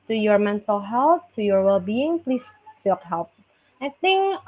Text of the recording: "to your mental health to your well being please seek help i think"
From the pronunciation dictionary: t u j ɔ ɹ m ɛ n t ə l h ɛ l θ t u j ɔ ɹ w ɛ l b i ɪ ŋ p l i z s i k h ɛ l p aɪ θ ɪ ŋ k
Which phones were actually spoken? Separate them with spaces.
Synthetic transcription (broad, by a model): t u j ɔ ɹ m ɛ n t ə l h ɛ l t t u j ɔ ɹ w ɛ l b i ɪ ŋ p l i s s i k h ɛ l p aɪ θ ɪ ŋ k